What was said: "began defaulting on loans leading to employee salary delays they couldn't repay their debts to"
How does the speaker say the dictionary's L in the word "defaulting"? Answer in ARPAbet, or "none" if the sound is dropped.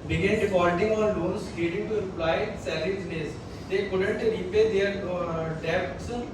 N